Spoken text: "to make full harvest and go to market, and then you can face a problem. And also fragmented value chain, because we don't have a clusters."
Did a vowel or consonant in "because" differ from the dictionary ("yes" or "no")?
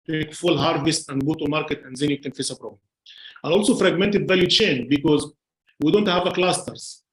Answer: no